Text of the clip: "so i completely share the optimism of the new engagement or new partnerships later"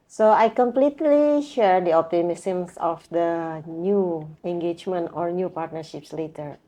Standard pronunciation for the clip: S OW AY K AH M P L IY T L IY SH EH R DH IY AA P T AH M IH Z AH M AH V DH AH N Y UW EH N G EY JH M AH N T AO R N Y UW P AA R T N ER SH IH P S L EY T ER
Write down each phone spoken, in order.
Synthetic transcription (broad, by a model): S OW AY K AH M P L IY T L IY SH EH R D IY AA P T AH M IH S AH M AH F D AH N Y UW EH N G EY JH M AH N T AO R N Y UW P AA R T N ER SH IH P S L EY T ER